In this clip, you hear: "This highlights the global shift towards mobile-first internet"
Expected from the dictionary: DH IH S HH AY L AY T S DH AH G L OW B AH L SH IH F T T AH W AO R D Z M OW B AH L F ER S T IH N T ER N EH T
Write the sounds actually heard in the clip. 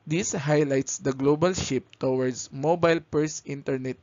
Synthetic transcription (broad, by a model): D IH S HH AY L AY T S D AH G L OW B AH L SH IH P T T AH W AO R D S M OW B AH L P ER S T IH N T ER N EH T